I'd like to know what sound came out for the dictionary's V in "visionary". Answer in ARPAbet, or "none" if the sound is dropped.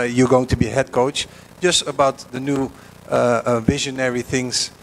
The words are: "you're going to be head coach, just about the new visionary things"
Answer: V